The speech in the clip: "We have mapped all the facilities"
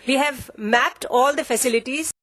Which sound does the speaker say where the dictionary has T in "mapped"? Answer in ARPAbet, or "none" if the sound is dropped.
T